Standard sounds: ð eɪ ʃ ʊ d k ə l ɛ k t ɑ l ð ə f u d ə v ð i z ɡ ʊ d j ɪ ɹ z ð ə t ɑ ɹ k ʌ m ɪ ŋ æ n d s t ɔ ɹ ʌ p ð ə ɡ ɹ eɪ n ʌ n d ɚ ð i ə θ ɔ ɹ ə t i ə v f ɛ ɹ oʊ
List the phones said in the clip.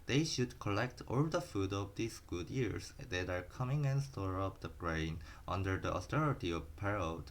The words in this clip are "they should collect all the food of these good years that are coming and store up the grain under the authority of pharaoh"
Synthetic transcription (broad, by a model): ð eɪ ʃ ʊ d k ə l ɛ k t ɑ l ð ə f u d ə v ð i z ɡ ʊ d j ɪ ɹ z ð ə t ɑ ɹ k ʌ m ɪ ŋ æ n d s t ɔ ɹ ʌ p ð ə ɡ ɹ eɪ n ʌ n d ɚ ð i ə t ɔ ɹ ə t i ə v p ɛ ɹ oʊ